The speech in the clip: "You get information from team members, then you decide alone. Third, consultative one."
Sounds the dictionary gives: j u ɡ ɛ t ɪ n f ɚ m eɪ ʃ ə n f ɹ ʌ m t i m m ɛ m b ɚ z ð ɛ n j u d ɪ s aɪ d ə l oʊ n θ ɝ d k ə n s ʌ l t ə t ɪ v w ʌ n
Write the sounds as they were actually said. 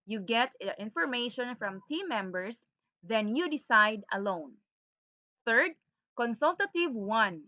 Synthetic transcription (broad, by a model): j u ɡ ɛ t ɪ n f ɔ m eɪ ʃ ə n f ɹ ʌ m t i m m ɛ m b ɚ s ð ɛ n j u d ɪ s aɪ d ə l oʊ n θ ɝ d k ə n s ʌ l t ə t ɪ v w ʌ n